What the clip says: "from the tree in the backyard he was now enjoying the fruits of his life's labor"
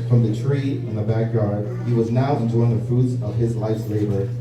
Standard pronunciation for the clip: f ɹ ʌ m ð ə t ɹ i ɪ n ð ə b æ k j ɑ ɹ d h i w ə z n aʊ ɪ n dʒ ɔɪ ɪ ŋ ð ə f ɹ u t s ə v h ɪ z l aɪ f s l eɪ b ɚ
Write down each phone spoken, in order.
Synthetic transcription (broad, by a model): f ɹ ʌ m ð ə t ɹ i ɪ n ð ə b æ k j ɑ ɹ d h i w ə z n aʊ ɪ n dʒ ɔɪ ɪ ŋ ð ə f u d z ə v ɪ z l aɪ f s l eɪ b ɚ